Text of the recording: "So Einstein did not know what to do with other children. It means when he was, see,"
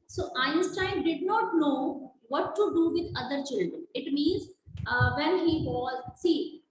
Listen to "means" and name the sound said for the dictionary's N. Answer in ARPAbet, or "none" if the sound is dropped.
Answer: N